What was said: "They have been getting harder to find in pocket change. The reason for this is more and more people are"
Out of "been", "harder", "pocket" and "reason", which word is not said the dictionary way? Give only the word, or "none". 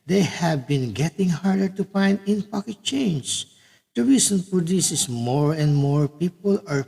reason